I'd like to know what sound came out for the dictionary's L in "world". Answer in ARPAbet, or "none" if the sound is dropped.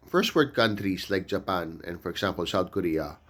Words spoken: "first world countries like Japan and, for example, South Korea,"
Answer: none